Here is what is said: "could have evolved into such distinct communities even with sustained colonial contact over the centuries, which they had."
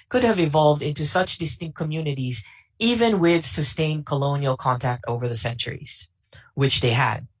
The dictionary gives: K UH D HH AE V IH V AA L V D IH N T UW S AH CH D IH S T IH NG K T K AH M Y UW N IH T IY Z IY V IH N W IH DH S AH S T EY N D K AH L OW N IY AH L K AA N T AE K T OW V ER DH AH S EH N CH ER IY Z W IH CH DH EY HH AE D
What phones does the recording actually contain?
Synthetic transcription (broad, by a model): K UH D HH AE V IH V AA L V D IH N T UW S AH CH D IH S T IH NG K K AH M Y UW N IH T IY Z IY V IH N W IH DH S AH S T EY N K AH L OW N IY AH L K AA N T AE K T OW V ER DH AH S EH N CH ER IY Z W IH CH DH EY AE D